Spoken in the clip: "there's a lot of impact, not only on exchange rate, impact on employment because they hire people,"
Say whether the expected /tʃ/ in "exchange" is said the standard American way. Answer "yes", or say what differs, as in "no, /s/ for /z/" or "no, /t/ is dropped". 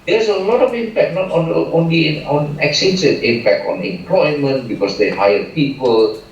no, /tʃ/ is dropped